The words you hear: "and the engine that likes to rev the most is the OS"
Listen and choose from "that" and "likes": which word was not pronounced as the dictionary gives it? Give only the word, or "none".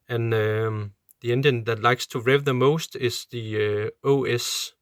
none